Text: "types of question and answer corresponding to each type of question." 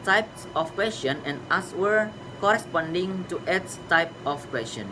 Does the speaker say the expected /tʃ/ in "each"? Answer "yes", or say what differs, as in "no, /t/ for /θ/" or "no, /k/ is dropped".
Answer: no, /s/ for /tʃ/